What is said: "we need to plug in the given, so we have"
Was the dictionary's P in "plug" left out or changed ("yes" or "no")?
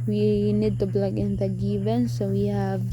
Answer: yes